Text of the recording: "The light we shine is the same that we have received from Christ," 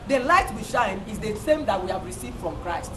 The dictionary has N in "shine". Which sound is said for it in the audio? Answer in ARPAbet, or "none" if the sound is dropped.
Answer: N